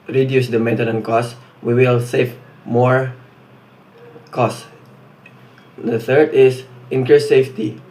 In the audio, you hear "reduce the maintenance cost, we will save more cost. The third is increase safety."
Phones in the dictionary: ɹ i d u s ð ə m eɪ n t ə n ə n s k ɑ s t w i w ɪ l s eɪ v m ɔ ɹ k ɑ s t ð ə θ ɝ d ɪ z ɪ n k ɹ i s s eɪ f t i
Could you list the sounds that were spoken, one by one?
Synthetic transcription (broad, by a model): ɹ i d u s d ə m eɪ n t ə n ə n k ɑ s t w i w ɪ l s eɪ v m ɔ ɹ k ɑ s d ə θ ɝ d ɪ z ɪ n k ɹ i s s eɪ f t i